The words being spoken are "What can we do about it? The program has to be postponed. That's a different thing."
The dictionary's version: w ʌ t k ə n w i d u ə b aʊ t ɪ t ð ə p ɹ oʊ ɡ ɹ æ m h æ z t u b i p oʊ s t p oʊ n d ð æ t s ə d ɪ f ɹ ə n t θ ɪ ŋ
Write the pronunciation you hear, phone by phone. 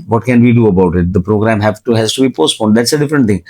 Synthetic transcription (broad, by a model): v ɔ t k ə n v i d u ə b aʊ t ɪ t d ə p ɹ oʊ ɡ ɹ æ m h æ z t u b i p oʊ s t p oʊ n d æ t s ə d ɪ f ɹ ə n t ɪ ŋ